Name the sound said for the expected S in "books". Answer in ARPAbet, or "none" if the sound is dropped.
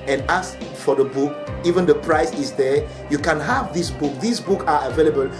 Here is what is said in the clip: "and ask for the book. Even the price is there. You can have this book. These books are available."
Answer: none